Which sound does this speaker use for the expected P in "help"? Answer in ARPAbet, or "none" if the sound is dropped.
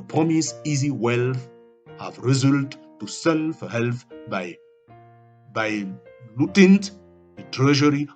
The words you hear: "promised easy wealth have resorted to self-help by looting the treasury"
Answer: B